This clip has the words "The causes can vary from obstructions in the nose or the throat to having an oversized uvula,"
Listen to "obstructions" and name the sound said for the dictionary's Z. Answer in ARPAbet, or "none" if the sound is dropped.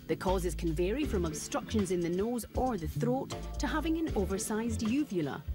Z